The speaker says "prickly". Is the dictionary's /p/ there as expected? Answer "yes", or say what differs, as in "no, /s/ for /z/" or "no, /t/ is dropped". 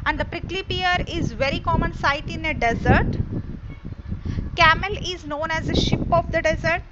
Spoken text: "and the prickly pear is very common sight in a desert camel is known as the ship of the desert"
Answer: yes